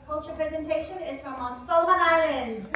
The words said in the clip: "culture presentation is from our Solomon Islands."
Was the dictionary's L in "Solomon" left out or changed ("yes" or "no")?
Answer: yes